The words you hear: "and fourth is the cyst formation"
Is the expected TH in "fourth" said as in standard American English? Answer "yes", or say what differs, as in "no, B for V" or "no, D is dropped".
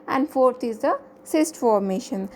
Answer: no, T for TH